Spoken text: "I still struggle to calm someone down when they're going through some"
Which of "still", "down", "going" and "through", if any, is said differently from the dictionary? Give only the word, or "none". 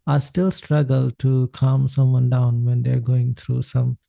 through